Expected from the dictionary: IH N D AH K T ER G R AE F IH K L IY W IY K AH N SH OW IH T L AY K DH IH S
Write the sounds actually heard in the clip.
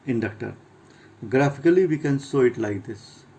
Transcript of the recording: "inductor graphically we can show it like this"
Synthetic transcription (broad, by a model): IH N D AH K T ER G R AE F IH K L IY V IY K AH N S OW IH T L AY K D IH S